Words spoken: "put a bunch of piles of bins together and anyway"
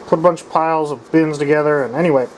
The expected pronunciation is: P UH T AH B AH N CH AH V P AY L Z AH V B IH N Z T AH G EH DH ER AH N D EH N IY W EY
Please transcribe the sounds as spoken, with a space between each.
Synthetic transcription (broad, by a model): P UH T AH B AH N CH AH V P AY L Z AH V B IH N Z T AH G EH DH ER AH N EH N IY W EY